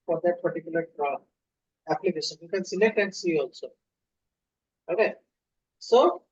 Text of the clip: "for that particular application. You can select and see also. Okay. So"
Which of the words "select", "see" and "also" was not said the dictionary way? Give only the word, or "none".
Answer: select